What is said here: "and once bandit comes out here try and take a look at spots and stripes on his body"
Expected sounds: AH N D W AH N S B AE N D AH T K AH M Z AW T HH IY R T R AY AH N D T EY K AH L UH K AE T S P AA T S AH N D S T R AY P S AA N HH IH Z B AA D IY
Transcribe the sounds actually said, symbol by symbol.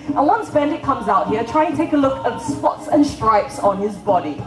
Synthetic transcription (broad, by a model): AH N W AH N S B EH N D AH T K AH M Z AW T HH IY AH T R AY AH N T T EY K AH L UH K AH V S P AA T S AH N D S T R AY P S N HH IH Z B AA D IY